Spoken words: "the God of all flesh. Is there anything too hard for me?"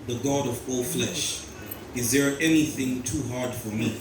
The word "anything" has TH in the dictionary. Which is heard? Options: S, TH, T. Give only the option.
TH